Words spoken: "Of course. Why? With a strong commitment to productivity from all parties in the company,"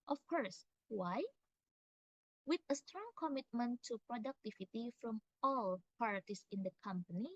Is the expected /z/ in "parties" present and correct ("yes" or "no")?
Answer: no